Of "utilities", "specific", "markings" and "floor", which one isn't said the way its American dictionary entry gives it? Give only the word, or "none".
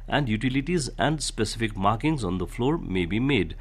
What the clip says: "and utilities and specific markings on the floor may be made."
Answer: none